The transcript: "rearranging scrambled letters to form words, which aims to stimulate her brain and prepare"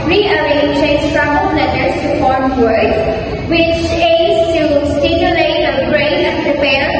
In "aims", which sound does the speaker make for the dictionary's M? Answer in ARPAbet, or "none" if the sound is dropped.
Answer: none